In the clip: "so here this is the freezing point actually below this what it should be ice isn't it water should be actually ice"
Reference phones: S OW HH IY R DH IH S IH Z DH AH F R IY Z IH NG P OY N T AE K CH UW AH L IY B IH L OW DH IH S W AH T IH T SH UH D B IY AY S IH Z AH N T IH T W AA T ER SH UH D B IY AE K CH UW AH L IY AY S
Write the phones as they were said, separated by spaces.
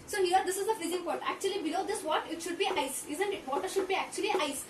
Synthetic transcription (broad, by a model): S OW HH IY R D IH S IH Z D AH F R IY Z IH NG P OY T AE K CH UW AH L IY B IH L OW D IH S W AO T IH T SH UH D B IY AY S IH Z AH N T IH T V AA T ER SH UH D B IY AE K CH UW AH L IY AY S